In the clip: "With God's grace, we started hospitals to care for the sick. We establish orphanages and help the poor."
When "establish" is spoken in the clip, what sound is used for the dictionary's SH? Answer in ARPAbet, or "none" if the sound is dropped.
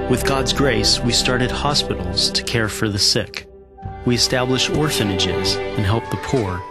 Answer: SH